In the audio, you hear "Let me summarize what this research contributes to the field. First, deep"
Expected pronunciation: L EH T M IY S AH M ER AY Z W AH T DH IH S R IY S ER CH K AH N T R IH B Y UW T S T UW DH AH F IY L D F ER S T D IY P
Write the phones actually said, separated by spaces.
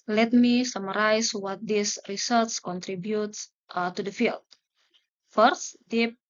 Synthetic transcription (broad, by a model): L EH T M IY S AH M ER AY S W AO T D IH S R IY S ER S K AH N T R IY B Y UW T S T UW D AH F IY L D F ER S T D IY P